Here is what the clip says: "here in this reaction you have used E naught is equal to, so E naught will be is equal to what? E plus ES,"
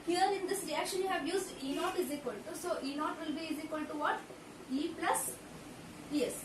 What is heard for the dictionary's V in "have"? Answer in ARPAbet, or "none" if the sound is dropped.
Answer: V